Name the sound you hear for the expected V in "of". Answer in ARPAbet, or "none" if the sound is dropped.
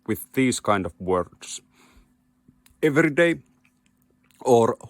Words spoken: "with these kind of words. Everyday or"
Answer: V